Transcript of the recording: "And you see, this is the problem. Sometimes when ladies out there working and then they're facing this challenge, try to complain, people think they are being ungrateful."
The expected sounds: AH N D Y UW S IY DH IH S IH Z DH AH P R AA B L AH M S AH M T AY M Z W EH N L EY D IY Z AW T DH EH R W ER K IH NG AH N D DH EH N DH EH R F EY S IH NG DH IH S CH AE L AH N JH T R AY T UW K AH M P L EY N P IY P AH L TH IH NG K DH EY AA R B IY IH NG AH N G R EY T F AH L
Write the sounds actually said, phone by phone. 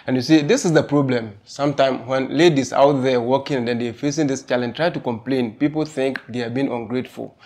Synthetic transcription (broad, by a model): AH N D Y UW S IY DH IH S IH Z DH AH P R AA B L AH M S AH M T AY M W EH N L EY D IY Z AW T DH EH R W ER K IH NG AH N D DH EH N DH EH F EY S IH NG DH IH S CH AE L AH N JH T R AY T UW K AH M P L EY N P IY P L TH IH NG K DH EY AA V B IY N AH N G R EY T F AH L